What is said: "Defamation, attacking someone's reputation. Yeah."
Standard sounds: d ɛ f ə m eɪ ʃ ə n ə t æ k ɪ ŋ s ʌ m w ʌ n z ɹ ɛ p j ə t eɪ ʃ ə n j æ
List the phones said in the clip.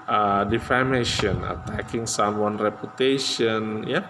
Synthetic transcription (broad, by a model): d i f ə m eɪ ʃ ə n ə t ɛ k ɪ ŋ s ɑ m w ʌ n ɹ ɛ p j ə t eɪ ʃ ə n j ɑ